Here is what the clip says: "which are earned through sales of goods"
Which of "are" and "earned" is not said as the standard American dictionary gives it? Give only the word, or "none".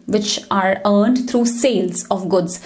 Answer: none